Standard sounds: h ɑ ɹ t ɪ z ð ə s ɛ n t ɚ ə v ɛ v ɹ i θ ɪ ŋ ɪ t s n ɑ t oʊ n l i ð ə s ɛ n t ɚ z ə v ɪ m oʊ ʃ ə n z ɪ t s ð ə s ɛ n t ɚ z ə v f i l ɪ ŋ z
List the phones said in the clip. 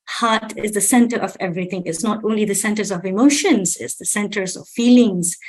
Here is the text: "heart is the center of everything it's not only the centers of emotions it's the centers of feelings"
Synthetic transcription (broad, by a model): h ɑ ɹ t ɪ z ð ə s ɛ n t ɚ ə v ɛ v ɹ i θ ɪ ŋ ɪ t s n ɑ t oʊ n l i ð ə s ɛ n t ɚ z ə v ɪ m oʊ ʃ ə n z ɪ t s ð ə s ɛ n t ɚ z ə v f i l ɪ ŋ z